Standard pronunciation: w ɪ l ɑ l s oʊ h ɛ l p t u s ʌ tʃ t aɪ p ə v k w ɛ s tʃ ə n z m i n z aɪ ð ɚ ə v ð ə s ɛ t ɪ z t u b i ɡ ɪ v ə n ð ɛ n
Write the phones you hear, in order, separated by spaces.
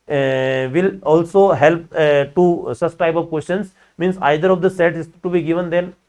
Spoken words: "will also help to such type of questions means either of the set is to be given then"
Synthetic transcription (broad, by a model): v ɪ l ɑ l s oʊ h ɛ l p t u s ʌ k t aɪ b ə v k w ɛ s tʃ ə n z m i n s aɪ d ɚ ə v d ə s ɛ t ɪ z t u b i ɡ ɪ v ə n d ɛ n